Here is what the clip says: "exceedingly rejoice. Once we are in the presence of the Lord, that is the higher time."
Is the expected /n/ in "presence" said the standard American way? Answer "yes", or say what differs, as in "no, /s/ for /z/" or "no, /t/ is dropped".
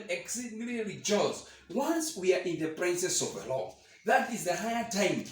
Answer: no, /n/ is dropped